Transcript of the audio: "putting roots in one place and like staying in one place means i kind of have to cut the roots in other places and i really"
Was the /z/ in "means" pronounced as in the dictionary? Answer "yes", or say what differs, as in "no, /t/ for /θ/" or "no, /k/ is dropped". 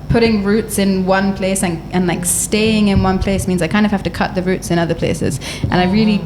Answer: yes